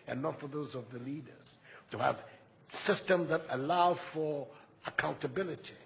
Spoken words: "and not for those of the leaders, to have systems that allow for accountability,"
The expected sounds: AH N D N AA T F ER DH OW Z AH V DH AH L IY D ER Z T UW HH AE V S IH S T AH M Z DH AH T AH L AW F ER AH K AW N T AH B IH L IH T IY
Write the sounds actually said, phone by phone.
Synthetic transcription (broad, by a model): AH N N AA T F ER DH OW Z AH V DH AH L IY D ER Z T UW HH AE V S IH S T AH M Z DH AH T AH L AW F ER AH K AW N T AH B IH L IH T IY